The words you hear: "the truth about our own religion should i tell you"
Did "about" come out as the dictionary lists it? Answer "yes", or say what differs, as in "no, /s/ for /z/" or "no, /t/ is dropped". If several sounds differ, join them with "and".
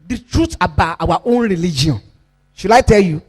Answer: no, /t/ is dropped